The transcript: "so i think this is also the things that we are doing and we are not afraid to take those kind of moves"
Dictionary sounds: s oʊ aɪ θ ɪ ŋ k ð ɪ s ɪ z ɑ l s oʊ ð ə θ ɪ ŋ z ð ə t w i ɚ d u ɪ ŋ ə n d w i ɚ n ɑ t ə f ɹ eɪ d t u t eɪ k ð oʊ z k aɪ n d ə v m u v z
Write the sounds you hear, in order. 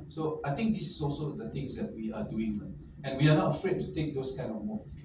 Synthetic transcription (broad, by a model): s oʊ aɪ t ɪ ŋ k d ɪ s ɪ s ɑ l s oʊ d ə t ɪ ŋ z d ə t w i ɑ d u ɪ ŋ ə n w i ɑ n ɑ t ə f ɹ eɪ d t u t eɪ k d oʊ s k aɪ n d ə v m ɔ